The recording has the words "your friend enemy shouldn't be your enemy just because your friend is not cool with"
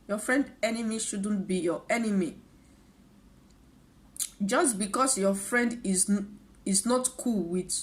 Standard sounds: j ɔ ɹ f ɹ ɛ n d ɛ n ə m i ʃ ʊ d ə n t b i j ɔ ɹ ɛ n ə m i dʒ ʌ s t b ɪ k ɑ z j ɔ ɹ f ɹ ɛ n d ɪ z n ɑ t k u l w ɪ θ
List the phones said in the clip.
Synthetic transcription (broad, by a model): j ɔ f ɹ ɛ n d ɛ n ə m i ʃ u d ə n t b i j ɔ ɛ n ə m i dʒ ʌ s t b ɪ k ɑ s j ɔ f ɹ ɛ n d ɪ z n ɑ t k u l w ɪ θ